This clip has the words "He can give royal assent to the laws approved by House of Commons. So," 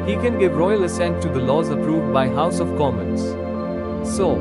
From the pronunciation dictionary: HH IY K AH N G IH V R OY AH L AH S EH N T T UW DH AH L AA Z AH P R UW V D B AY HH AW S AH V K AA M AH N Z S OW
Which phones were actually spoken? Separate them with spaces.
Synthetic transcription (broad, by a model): HH IY K AH N G IH V R OY AH L AH S EH N T T UW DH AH L AA Z AH P R UW V D B AY HH AW S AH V K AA M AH N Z S OW